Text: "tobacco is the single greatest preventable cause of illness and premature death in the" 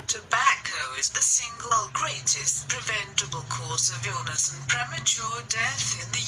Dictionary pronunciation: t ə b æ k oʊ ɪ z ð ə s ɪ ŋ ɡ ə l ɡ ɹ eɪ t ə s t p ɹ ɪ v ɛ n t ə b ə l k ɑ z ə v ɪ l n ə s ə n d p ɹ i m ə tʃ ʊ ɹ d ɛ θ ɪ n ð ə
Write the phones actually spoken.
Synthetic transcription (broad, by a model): t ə b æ k oʊ ɪ z ð ə s ɪ ŋ ɡ ə l ɡ ɹ eɪ t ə s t p ɹ ɪ v ɛ n t ə b ə l k ɑ s ə v ɪ l n ə s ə n p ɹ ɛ m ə tʃ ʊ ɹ d ɛ θ ɪ n ð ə